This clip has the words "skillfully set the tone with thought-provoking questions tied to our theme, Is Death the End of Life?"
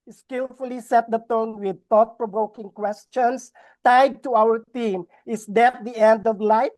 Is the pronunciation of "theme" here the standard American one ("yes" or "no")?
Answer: no